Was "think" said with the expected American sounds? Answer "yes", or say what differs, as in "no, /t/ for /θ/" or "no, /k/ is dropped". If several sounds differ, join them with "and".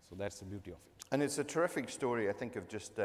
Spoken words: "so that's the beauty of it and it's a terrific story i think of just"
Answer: yes